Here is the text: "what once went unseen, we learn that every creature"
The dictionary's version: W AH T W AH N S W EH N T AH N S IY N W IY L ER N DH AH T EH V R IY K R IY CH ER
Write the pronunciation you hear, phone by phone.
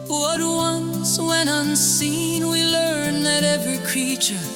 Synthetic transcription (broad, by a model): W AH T W AH N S W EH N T AH N S IY N W IY L ER N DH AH T EH V R IY K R IY CH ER